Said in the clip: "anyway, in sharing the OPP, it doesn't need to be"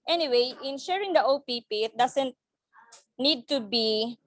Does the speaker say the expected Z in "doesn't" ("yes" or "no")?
no